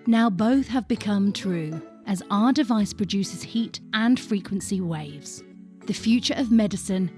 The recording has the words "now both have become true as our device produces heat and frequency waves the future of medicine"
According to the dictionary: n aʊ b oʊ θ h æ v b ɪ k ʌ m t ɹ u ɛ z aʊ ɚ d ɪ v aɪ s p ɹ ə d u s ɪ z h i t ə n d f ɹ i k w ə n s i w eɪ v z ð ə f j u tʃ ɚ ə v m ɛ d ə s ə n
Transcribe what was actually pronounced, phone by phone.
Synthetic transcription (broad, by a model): n aʊ b oʊ θ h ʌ v b ɪ k ʌ m t ɹ u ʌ z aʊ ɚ d ɪ v aɪ s p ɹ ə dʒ u s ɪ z h i t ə n f ɹ i k w ə n s i w eɪ v z ð ə f j u tʃ ɚ ə v m ɛ d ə s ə n